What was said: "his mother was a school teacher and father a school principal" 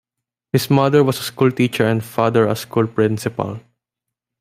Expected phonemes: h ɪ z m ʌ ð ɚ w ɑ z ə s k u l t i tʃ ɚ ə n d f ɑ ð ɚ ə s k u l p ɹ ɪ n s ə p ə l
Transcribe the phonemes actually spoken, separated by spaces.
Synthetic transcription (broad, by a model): h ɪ s m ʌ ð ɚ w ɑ s ə s k u l t i tʃ ɚ ə n d f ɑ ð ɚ ə s k u l p ɹ ɪ n s ə p ə l